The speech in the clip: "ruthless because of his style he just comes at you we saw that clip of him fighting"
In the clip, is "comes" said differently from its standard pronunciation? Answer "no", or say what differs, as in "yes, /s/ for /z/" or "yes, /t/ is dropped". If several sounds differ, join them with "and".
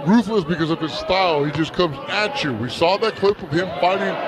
no